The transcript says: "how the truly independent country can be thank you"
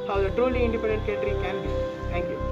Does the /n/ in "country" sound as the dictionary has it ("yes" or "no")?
no